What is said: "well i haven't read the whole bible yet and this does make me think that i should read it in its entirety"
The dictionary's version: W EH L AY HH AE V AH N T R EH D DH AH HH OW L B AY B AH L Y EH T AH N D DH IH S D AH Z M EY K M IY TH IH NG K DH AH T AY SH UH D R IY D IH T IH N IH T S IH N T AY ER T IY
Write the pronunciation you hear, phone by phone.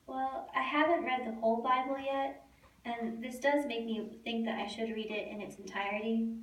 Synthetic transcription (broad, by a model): W EH L AY HH AE V AH N T R EH D DH AH HH OW L B AY B L Y EH T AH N DH IH S D AH Z M EY K M IY TH IH NG K DH AH T AY SH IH D R IY D IH T IH N IH T S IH N T AY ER T IY